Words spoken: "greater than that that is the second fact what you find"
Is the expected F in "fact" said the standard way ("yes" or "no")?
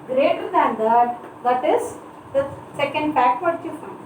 no